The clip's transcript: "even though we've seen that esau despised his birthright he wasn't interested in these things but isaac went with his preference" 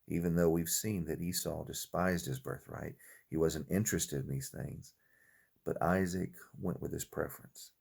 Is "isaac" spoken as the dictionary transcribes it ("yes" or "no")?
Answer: yes